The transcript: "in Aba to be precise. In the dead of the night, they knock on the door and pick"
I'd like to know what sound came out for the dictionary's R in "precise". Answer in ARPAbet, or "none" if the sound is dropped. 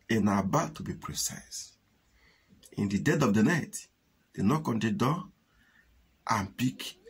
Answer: R